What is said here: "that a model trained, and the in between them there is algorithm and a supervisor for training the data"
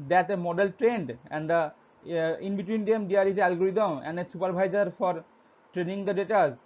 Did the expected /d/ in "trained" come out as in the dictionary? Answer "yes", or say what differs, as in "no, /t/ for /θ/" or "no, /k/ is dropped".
yes